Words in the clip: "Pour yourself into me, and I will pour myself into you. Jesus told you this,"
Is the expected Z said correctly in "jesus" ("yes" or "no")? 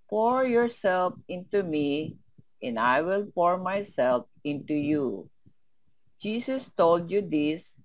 no